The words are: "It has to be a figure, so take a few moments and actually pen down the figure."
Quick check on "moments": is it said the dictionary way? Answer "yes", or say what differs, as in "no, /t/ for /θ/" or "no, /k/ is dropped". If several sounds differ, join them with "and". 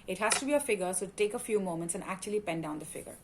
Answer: yes